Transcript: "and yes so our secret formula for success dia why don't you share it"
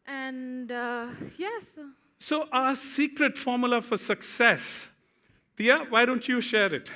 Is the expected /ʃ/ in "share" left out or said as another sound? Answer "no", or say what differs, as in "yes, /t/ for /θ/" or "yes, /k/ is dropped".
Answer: no